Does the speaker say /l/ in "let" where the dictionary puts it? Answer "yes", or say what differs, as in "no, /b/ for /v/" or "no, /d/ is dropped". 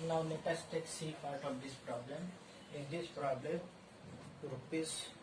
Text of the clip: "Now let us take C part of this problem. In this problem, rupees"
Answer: no, /n/ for /l/